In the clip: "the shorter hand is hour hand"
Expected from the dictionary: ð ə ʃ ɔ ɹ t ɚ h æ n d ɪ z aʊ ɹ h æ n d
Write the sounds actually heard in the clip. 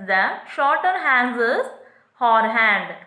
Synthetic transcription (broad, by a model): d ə ʃ ɔ ɹ t ɚ h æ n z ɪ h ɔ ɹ h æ n d